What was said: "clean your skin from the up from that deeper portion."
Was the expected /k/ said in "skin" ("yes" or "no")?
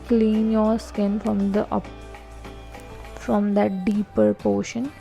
yes